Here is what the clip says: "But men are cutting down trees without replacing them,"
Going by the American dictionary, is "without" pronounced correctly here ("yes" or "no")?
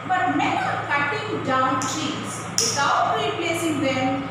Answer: no